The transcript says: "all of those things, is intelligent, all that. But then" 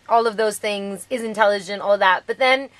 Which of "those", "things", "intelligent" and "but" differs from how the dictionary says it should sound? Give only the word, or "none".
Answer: none